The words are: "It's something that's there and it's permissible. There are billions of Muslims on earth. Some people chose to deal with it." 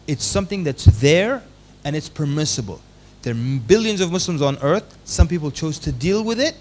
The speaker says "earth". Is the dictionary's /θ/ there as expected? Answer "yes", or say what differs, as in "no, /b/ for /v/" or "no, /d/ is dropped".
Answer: yes